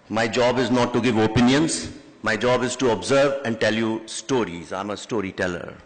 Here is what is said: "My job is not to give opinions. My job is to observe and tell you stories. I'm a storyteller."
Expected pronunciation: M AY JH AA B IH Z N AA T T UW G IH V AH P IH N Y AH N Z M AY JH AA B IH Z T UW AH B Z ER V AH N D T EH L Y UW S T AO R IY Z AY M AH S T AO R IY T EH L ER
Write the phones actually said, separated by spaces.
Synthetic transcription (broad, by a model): M AY JH AA B IH Z N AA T T UW G IH V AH P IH N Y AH N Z M AY JH AA B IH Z T UW AH B Z ER V AH N D T EH L Y UW S T AO R IY Z AY M AH S T AO R IY T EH L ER